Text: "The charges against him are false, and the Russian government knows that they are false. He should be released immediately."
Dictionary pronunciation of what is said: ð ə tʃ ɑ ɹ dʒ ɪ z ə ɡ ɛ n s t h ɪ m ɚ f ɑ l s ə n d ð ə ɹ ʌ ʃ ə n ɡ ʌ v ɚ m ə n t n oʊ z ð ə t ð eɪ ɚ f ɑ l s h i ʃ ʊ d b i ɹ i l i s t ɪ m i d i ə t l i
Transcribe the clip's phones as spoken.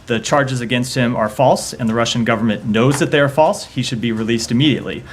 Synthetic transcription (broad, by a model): ð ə tʃ ɑ ɹ dʒ ɪ z ə ɡ ɛ n s t h ɪ m ɚ f ɑ l s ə n ð ə ɹ ʌ ʃ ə n ɡ ʌ v ɚ m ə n n oʊ z ð ə t ð eɪ ɚ f ɑ l s h i ʃ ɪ d b i ɹ i l i s t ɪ m i d i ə t l i